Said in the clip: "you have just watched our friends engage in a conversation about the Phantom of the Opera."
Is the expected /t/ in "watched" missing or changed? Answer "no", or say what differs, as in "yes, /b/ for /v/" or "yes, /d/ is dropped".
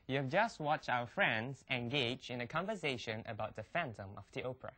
no